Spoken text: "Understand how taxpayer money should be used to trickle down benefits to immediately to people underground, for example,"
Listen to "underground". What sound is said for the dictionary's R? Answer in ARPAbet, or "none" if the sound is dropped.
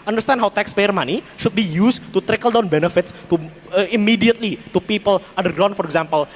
none